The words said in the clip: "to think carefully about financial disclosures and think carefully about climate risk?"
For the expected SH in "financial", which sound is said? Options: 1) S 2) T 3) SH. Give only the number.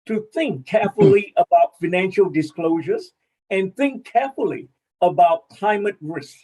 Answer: 3